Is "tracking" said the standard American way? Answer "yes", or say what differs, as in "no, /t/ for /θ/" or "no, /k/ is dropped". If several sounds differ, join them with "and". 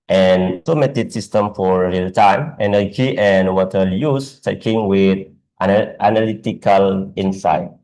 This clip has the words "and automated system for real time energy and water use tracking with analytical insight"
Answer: no, /ɹ/ is dropped